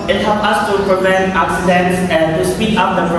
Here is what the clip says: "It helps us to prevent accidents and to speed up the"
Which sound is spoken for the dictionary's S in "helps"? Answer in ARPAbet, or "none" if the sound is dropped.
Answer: none